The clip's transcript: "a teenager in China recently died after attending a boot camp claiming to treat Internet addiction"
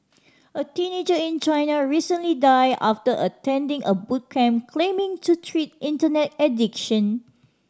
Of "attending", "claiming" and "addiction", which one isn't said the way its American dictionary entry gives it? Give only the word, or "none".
none